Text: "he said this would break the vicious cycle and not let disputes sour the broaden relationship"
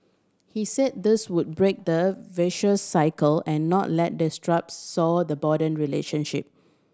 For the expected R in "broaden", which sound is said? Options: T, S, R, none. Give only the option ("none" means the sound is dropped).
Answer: none